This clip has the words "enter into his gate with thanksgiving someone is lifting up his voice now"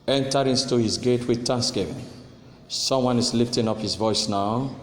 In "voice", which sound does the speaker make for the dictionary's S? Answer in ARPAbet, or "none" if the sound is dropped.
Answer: S